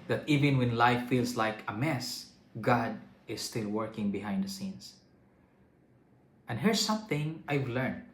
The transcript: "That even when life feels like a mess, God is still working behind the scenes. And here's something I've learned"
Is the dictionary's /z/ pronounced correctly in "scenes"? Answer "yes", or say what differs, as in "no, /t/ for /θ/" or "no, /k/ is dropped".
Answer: no, /s/ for /z/